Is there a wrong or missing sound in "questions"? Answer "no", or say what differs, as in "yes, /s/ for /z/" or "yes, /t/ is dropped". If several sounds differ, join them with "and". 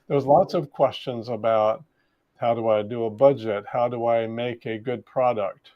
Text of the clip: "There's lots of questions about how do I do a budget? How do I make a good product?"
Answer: no